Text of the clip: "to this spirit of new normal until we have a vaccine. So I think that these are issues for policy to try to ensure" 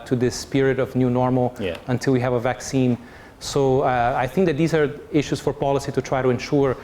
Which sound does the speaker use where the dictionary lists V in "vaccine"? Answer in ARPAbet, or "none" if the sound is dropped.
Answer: V